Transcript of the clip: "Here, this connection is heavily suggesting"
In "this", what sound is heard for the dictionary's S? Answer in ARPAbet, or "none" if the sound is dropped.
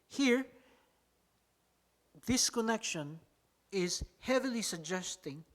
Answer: S